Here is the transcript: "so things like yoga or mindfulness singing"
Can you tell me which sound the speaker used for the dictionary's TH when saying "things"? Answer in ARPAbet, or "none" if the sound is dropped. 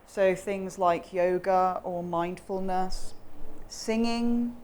TH